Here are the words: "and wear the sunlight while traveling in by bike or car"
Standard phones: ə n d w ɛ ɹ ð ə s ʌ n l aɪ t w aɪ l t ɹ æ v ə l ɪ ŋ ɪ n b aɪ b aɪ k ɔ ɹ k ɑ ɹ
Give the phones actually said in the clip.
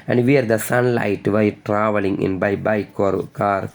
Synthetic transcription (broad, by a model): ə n d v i ɹ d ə s ʌ n l aɪ t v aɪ t ɹ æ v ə l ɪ ŋ ɪ n b aɪ b aɪ k ɔ ɹ k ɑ ɹ